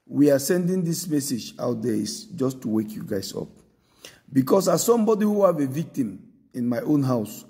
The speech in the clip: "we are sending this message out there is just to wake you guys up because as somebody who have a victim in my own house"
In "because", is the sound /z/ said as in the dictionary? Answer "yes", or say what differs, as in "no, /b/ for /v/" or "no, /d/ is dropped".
no, /s/ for /z/